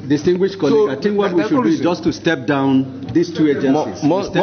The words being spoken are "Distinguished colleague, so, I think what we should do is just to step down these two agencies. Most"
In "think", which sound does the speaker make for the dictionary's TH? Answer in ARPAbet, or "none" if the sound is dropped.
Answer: T